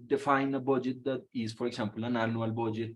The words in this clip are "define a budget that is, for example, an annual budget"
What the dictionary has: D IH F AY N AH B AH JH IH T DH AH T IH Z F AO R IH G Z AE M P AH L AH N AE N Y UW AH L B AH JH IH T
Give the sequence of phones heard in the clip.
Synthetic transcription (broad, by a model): D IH F AY N AH B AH JH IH T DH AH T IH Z F AO R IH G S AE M P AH L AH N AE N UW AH L B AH JH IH T